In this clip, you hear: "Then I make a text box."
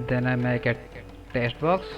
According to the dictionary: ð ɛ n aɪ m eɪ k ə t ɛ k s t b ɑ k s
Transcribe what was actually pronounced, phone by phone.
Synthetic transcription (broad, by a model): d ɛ n aɪ m eɪ k ə t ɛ s t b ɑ k s